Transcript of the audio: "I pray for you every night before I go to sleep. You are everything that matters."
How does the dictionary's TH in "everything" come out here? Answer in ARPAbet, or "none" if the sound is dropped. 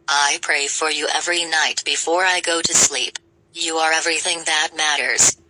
TH